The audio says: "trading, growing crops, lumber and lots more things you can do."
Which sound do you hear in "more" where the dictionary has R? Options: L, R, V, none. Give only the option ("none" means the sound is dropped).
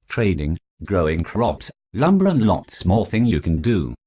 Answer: L